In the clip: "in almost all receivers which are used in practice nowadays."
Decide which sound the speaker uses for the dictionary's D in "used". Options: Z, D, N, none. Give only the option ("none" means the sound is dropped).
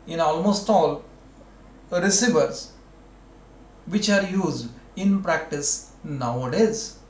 D